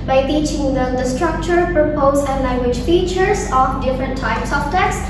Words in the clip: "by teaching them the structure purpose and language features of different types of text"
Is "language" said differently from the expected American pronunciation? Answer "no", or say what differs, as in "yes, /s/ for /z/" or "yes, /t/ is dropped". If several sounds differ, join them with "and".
no